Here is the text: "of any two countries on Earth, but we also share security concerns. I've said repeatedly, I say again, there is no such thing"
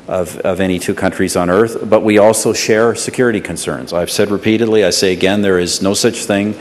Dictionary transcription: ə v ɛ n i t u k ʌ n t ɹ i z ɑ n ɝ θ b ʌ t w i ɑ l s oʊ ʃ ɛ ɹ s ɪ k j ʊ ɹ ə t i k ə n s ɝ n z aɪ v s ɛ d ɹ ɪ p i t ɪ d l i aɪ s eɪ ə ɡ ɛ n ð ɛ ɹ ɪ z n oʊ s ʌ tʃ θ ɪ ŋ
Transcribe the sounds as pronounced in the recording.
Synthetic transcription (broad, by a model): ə v ɛ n i t u k ʌ n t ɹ i z n ɝ θ b ʌ t w i ɑ l s oʊ ʃ ɛ ɹ s ɪ k j ʊ ɹ ə t i k ə n s ɝ n z aɪ v s ɛ d ɹ ɪ p i t ɪ d l i aɪ s eɪ ə ɡ ɛ n ð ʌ ɹ ɪ z n oʊ s ʌ tʃ θ ɪ ŋ